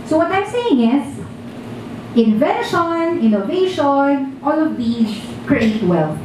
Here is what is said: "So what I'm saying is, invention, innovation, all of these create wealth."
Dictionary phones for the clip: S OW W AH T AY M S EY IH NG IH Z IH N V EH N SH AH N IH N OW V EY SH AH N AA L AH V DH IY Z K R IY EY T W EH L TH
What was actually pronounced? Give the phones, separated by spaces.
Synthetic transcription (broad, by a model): S OW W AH T AY M S EY IH NG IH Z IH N V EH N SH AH N IH N OW V EY SH AH N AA L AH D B IY K R IY EY T W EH L